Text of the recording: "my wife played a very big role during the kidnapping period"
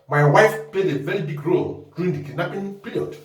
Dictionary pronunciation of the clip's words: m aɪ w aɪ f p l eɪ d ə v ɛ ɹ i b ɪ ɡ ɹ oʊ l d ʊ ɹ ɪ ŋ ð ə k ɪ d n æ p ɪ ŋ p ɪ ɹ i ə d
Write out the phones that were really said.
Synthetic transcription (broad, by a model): m aɪ w aɪ f p l eɪ d ə v ɛ ɹ i b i ɡ ɹ oʊ l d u ɹ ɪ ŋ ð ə k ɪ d n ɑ p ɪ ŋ p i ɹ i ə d